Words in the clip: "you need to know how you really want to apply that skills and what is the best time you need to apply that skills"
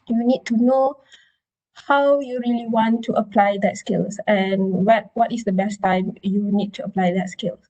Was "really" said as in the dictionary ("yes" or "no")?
yes